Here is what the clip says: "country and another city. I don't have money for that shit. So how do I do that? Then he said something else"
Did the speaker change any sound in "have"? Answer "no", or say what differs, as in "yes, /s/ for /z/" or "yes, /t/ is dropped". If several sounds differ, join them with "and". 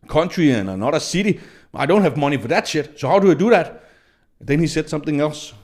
no